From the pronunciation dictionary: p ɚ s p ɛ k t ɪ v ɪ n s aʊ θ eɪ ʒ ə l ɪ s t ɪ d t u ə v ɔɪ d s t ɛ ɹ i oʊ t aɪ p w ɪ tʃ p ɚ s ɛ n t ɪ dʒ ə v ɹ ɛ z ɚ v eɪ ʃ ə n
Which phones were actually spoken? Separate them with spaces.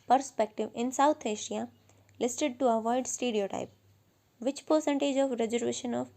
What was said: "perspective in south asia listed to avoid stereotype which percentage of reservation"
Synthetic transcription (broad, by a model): p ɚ s p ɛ k t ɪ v ɪ n s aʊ t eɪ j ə l ɪ s t ɪ d t u ə v ɔɪ d s t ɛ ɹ i oʊ t aɪ p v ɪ tʃ p ɚ s ɛ n t ɪ dʒ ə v ɹ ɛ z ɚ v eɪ ʃ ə n